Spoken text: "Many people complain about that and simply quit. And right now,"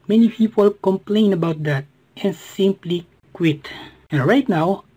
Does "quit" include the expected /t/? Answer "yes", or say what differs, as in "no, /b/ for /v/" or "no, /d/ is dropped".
yes